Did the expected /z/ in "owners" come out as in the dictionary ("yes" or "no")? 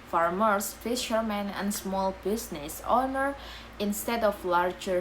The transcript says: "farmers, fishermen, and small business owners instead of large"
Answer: no